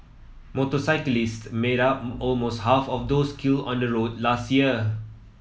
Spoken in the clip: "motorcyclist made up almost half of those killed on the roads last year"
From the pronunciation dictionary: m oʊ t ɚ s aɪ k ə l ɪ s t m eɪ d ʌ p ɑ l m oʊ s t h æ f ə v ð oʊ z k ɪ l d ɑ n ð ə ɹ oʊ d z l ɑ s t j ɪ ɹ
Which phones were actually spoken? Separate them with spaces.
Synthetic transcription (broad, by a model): m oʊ t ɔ s aɪ k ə l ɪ s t m eɪ d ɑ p ɑ l m oʊ s t h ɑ f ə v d oʊ s k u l ɑ n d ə ɹ oʊ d l ɑ s t j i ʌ